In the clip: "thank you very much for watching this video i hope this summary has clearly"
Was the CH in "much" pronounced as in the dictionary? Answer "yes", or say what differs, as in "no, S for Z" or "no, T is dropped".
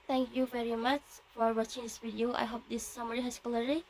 yes